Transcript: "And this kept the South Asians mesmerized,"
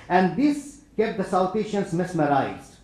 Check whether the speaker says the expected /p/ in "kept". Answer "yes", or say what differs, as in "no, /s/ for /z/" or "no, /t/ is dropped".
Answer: yes